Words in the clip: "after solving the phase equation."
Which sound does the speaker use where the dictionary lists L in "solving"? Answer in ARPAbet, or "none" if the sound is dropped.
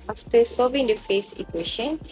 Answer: none